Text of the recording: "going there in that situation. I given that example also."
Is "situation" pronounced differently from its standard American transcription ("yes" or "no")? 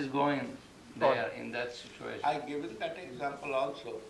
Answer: yes